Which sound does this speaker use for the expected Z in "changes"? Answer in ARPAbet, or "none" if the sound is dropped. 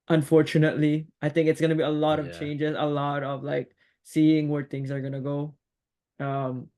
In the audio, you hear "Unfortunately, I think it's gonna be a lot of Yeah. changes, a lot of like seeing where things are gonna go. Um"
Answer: Z